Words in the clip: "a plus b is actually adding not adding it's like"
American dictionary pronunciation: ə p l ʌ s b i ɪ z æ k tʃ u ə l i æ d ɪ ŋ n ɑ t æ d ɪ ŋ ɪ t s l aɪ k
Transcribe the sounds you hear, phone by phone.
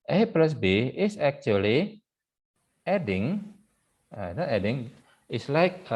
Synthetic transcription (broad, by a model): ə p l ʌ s b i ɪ s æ k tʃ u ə l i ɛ d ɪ ŋ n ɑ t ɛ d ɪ ŋ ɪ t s l aɪ k